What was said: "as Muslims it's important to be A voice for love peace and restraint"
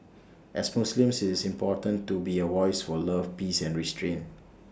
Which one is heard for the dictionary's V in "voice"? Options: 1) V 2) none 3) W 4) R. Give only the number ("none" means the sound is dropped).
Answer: 3